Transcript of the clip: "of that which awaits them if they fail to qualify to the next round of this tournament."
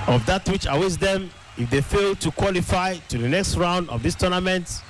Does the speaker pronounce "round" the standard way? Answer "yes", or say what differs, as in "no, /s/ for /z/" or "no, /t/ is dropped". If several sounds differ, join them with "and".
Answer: yes